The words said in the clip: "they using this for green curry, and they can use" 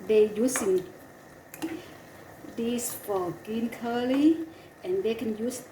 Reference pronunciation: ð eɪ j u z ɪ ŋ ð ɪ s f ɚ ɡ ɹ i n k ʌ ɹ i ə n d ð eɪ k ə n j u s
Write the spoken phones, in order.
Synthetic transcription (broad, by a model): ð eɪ j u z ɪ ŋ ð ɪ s f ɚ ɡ i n k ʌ l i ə n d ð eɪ k ə n j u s